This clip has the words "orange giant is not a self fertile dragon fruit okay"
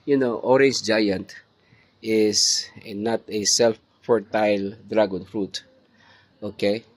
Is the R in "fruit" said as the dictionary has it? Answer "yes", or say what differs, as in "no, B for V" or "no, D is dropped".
yes